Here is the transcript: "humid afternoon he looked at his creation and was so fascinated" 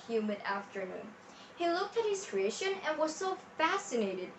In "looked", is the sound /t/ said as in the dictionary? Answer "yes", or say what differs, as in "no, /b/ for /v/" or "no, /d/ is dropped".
yes